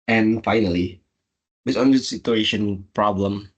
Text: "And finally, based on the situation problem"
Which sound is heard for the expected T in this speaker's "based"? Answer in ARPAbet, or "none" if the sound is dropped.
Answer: none